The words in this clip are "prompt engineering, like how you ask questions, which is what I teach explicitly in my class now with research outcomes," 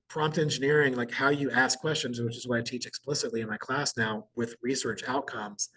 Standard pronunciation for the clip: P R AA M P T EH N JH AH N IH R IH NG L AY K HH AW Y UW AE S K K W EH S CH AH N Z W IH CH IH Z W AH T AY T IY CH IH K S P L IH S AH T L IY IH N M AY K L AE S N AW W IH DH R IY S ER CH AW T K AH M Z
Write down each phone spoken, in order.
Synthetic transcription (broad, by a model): P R AA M P T EH N JH AH N IH R IH NG L AY K HH AW Y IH AE S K K W EH S CH AH N Z W IH CH IH Z W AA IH AY T IY CH IH K S P L IH S AH T L IY IH N M AY K L AE S N AW W IH DH R IY S ER CH AW T K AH M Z